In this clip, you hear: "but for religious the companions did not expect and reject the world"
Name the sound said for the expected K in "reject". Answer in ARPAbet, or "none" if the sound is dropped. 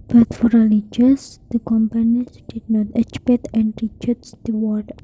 none